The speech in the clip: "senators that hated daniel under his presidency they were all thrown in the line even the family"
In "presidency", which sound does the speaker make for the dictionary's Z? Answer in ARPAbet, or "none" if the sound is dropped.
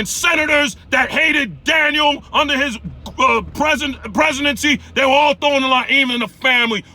Z